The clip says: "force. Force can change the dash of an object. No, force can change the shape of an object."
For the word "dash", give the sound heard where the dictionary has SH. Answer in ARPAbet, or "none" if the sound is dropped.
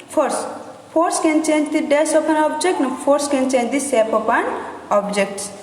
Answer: S